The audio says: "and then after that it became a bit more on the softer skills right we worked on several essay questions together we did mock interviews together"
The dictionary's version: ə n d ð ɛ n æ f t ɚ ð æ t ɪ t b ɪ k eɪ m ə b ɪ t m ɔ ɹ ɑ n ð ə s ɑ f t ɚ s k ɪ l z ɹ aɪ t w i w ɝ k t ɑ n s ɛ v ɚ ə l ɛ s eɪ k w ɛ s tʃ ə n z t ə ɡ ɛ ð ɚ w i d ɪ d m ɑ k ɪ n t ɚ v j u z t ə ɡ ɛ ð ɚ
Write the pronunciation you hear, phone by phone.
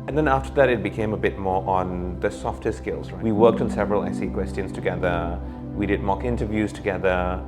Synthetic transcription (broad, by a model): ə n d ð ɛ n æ f t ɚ ð æ t ɪ t b ɪ k eɪ m ə b ɪ t m ɔ ɹ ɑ n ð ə s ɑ f t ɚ s k ɪ l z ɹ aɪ w i w ɝ k t n s ɛ v ɚ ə l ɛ s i k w ɛ s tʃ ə n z t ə ɡ ɛ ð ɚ w i d ɪ d m ɑ k ɪ n t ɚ v j u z t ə ɡ ɛ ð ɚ